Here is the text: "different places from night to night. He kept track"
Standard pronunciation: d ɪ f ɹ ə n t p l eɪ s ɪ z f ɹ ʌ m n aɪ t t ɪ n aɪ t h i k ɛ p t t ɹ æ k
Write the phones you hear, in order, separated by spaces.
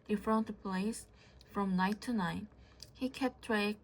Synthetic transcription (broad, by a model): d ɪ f ɹ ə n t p ʌ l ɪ s f ɹ ʌ m n aɪ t t ɪ n aɪ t h i k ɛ p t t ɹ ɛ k